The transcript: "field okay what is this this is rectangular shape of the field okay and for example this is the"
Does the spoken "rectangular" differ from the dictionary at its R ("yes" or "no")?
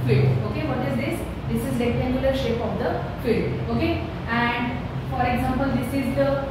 yes